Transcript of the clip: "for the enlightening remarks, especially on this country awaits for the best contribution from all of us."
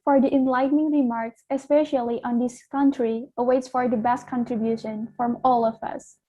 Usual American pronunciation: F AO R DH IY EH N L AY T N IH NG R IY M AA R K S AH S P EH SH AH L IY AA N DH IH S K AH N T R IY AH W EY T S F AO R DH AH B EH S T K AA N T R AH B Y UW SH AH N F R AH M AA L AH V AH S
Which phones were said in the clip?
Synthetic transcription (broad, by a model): F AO R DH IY EH N L AY T N IH NG R IY M AA R K S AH S P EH SH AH L IY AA N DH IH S K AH N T R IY AH W EY T S F AO R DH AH B EH S T K AA N T R AH B Y UW SH AH N F R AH M AA L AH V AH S